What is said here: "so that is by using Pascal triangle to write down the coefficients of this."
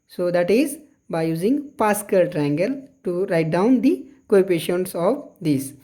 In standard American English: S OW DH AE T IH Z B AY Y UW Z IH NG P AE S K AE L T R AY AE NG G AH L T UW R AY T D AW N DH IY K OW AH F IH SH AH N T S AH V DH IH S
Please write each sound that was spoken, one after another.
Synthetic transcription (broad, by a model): S OW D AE T IH Z B AY Y UW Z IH NG P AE S K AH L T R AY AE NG G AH L T UW R AY T D AW N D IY K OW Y P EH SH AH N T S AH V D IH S